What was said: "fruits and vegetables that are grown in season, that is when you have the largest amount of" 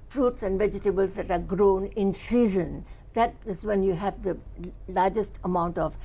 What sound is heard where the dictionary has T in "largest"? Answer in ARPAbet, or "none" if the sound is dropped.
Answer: T